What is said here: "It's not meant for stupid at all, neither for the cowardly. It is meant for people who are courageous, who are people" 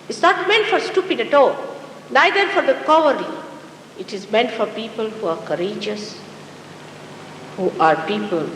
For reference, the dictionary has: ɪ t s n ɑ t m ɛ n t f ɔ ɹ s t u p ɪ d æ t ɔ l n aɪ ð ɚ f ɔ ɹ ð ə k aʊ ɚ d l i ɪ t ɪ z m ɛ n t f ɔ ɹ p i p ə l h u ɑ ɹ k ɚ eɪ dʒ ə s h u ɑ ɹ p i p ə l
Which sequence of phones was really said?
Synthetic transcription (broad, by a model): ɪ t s n ɑ t m ɛ n t f ɔ ɹ s t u p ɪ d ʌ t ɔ n aɪ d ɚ f ɔ ɹ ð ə k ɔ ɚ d i ɪ t ɪ z m ɛ n t f ɔ ɹ p i p ə l h u ɑ ɹ k ɚ eɪ dʒ ə s h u ɑ ɹ p i p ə l